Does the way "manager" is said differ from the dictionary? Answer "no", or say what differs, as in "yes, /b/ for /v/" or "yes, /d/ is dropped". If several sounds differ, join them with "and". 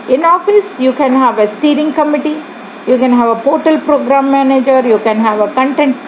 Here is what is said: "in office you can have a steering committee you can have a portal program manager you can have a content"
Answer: no